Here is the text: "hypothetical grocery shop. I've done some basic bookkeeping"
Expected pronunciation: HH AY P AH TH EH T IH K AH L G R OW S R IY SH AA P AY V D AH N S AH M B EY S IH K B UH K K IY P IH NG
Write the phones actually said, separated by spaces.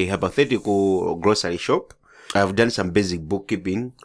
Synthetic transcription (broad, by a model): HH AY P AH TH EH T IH K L G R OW S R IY SH AA P AY V D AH N S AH M B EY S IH K B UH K K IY P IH NG